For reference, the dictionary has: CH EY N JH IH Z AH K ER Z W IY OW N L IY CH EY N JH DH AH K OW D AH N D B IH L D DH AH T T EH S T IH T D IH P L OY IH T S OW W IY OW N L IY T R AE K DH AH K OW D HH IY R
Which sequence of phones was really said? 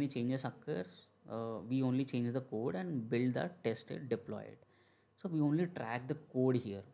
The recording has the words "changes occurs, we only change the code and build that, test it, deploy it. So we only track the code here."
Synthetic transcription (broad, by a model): CH EY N JH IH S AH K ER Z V IY OW N L IY CH EY N JH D AH K OW D AH N D B IH L D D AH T T EH S T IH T D IH P L OY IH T S OW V IY OW N L IY T R AE K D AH K OW D HH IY R